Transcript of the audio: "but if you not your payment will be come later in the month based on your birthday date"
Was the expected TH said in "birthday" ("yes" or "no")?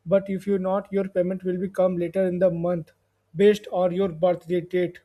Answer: no